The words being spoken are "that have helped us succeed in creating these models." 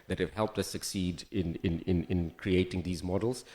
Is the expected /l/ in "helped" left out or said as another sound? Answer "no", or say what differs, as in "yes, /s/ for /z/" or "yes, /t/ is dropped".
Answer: no